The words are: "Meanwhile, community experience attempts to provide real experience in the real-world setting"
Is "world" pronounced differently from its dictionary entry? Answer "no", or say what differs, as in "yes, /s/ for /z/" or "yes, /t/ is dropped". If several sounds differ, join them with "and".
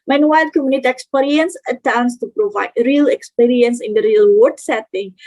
yes, /l/ is dropped